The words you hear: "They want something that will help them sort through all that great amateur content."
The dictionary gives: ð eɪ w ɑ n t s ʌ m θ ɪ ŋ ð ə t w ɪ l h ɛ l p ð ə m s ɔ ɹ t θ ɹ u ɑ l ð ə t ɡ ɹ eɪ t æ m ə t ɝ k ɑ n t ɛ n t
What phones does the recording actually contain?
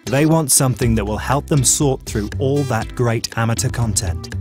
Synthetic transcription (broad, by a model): ð eɪ w ɑ n t s ʌ m θ ɪ ŋ ð ə t w ɪ l h ɛ l p ð ə m s ɔ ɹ t θ ɹ u ɑ l ð ə t ɡ ɹ eɪ t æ m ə t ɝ k ɑ n t ɛ n t